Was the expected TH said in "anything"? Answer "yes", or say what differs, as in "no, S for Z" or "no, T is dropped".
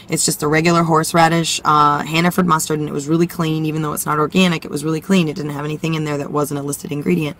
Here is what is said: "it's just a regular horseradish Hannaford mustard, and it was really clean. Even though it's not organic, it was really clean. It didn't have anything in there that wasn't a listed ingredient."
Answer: yes